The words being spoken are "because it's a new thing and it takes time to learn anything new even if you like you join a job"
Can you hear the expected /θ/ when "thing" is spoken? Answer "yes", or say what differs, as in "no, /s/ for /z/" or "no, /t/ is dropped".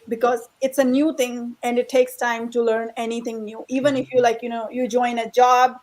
no, /t/ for /θ/